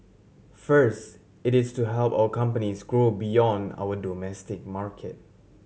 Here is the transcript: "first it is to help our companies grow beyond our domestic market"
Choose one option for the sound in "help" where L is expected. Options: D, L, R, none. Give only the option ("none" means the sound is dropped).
L